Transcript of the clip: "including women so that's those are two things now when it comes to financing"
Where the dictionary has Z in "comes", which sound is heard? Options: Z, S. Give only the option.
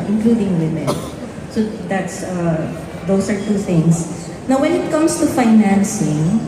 S